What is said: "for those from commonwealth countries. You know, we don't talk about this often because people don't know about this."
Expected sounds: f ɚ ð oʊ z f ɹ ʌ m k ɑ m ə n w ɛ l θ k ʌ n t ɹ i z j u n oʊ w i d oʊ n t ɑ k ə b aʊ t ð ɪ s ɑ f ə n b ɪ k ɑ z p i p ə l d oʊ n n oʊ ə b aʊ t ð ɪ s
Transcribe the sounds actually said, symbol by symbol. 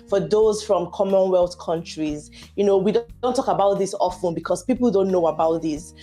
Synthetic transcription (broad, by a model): f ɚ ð oʊ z f ɹ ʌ m k ɑ m ə n w ɛ l θ k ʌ n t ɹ i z j u n oʊ w i d oʊ n t ɑ k ə b aʊ t ð ɪ s ɑ f ə n b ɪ k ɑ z p i p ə l d oʊ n n oʊ ə b aʊ t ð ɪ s